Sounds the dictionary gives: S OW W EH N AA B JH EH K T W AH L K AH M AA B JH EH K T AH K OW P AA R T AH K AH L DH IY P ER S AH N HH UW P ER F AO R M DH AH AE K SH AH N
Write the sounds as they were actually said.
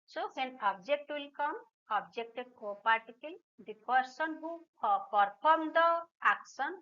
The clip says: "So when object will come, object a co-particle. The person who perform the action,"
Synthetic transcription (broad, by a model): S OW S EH N AA B JH EH K T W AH L K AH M AA B JH EH K T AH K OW P AA R T AH K AH L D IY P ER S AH N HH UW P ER P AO R M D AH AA K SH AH N